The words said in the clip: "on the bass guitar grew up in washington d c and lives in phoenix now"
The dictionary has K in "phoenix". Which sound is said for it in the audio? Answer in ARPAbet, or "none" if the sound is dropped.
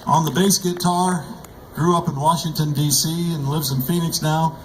K